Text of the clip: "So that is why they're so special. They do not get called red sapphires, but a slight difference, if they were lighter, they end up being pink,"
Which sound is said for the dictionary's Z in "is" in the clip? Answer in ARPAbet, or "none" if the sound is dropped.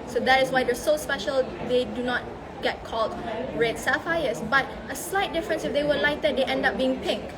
S